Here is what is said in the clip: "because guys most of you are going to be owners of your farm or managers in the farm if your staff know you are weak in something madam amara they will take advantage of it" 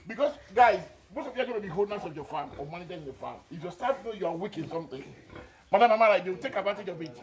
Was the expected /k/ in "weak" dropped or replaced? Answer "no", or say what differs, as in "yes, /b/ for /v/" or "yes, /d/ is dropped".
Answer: no